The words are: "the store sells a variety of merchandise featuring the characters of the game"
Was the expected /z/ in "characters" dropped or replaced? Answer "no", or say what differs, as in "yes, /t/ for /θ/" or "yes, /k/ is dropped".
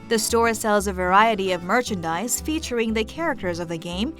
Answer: no